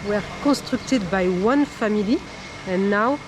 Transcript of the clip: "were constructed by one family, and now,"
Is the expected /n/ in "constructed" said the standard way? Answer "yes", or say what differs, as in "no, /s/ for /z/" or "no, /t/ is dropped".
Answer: no, /n/ is dropped